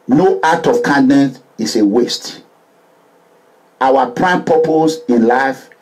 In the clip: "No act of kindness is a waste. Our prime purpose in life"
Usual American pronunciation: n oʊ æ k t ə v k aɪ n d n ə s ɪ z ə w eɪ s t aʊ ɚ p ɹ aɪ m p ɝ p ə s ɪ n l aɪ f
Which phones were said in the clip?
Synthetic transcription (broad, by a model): n oʊ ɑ t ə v k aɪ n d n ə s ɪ s ə w eɪ s t aʊ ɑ p ɹ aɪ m p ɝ p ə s ɪ n l aɪ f